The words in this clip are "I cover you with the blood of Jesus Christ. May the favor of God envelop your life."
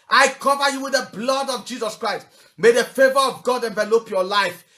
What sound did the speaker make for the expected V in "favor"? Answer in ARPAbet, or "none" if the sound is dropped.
V